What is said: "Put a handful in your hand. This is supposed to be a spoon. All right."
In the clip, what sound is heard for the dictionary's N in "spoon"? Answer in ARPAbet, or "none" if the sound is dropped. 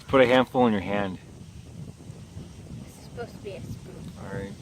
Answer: none